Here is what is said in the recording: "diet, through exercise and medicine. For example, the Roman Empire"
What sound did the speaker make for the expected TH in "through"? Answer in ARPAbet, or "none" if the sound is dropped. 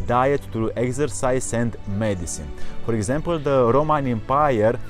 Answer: T